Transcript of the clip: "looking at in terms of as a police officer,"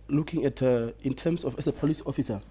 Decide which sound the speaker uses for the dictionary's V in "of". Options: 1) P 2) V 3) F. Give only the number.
3